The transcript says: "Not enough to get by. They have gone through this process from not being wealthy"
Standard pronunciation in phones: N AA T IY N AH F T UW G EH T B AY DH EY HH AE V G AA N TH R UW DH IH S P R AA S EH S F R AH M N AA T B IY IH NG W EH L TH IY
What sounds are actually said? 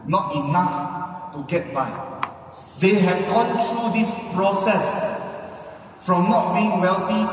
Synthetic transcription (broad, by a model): N AA T IY N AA F T UW G EH T B AY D EY HH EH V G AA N T R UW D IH S P R AA S EH S F R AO M N AA T B IY IH NG W EH L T IY